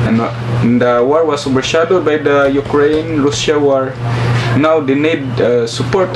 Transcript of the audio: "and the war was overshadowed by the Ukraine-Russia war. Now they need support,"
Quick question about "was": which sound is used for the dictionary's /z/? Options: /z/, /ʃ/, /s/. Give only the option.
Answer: /s/